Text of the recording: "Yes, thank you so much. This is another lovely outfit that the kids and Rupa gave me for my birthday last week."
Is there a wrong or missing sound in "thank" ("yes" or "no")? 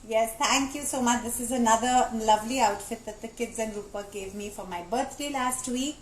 yes